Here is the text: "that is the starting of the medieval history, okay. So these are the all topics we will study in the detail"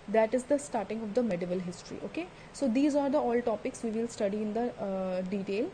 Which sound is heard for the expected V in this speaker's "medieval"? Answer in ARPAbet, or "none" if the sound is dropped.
V